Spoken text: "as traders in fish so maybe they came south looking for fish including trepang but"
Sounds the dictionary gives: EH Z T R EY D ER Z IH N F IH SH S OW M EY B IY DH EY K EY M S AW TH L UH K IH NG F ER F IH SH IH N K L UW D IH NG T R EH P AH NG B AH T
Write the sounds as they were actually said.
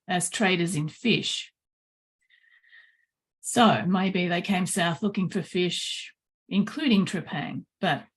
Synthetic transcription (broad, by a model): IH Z T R EY D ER Z IH N F IH SH S OW M EY B IY DH EY K EY M S AW TH L UH K IH NG F ER F IH SH IH N K L UW D IH NG T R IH P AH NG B AH T